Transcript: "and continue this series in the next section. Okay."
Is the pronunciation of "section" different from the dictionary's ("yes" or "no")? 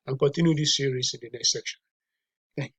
no